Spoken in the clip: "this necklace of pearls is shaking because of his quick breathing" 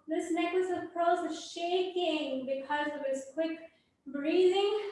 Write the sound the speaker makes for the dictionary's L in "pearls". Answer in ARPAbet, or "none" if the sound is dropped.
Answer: none